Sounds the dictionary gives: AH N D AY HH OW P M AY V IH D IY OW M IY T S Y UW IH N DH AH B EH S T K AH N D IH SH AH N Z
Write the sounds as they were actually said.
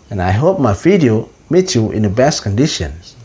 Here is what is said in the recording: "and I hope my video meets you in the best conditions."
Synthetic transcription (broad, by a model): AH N AY HH OW P M AY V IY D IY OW M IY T Y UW IH N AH B EH S T K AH N D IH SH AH N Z